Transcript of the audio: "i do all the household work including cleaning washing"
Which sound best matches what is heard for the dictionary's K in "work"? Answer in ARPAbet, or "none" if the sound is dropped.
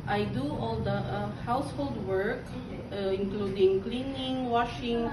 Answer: K